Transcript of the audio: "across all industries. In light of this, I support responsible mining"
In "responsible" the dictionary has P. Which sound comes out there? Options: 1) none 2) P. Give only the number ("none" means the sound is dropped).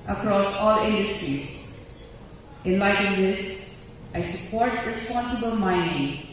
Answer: 2